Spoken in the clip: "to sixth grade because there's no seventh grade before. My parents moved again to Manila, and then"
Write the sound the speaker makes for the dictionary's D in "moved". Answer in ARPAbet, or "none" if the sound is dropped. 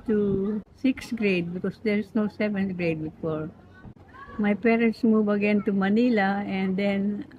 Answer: none